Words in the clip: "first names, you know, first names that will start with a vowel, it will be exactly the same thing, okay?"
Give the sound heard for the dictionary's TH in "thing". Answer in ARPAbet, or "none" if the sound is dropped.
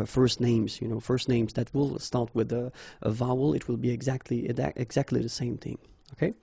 TH